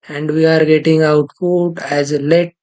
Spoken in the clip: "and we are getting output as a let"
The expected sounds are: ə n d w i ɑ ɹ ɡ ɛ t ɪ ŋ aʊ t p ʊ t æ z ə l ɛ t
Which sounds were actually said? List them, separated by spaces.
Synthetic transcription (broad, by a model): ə n d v i ɑ ɹ ɡ ɛ t ɪ ŋ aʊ t f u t æ z ə l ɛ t